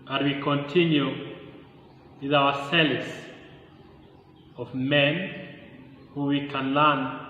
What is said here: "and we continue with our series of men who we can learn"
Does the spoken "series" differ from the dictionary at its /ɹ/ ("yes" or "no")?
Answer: yes